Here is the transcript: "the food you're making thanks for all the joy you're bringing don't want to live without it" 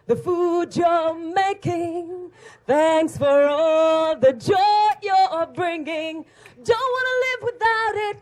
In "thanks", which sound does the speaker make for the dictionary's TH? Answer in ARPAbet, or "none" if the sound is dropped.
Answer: TH